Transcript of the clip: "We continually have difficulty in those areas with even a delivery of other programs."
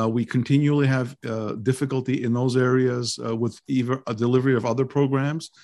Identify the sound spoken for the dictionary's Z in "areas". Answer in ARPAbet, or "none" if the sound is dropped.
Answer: Z